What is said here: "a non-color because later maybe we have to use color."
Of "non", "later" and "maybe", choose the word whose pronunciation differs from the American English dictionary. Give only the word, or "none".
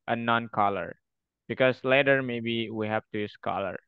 none